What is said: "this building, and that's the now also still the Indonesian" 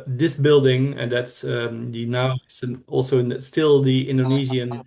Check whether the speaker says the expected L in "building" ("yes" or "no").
yes